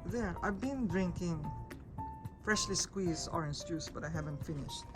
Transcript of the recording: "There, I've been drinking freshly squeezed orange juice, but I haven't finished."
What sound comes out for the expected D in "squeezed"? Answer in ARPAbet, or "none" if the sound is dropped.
none